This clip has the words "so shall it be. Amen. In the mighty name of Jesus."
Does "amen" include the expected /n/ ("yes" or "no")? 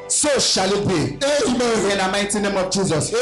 no